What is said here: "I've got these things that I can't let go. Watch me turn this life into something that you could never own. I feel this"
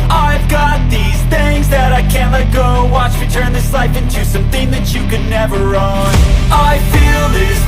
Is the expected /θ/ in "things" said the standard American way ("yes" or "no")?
yes